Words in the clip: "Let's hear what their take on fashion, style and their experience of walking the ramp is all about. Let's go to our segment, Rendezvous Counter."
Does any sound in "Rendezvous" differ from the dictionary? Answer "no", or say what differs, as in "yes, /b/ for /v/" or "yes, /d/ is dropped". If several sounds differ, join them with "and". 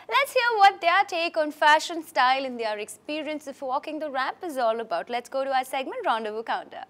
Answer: no